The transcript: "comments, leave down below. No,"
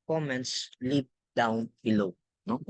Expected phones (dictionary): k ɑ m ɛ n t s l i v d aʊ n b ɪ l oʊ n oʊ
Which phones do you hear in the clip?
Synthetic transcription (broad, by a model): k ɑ m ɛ n t s l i p d aʊ n b ɪ l oʊ n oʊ